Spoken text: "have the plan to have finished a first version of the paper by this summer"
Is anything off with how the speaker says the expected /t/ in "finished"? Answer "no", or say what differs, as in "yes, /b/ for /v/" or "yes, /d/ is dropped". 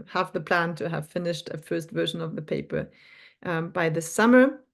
no